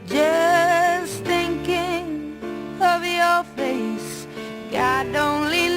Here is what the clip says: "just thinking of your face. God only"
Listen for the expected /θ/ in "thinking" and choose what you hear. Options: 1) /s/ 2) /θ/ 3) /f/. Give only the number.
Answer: 2